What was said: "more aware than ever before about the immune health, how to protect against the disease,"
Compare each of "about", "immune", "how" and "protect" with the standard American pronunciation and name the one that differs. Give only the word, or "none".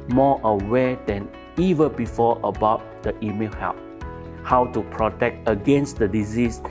immune